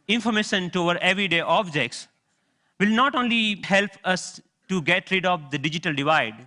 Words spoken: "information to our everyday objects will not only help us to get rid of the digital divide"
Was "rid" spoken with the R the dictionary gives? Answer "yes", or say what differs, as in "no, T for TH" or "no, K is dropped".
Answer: yes